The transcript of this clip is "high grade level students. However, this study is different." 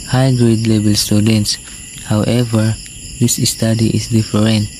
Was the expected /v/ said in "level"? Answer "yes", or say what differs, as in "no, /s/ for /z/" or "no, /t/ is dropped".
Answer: no, /b/ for /v/